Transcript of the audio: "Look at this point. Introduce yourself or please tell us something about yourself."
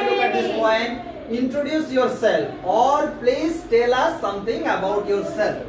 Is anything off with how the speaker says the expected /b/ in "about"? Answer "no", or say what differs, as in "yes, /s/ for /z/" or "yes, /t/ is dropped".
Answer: no